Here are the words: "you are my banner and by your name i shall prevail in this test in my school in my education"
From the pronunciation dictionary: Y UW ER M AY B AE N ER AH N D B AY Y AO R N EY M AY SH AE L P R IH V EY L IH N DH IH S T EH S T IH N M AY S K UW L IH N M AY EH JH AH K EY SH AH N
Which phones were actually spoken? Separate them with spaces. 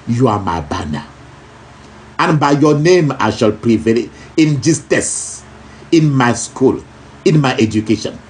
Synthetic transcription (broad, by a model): Y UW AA M AY B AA N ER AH N B AY Y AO N EY M AY SH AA L P R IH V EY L IH N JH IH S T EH S IH N M AY S K UW L IH N M AY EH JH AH K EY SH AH N